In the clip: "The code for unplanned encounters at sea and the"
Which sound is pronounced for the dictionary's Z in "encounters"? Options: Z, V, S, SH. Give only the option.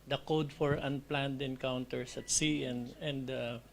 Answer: S